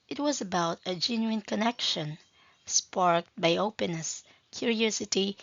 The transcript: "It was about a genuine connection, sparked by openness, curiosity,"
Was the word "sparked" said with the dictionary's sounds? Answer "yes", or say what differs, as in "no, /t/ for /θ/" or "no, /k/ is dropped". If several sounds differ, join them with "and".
yes